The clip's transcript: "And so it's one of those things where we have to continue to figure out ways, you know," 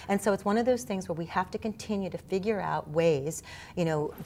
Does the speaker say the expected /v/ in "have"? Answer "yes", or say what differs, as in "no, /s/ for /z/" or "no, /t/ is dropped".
no, /f/ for /v/